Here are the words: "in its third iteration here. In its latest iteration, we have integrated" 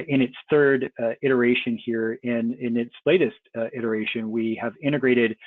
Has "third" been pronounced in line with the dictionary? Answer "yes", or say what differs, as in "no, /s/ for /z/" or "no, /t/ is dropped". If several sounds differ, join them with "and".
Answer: yes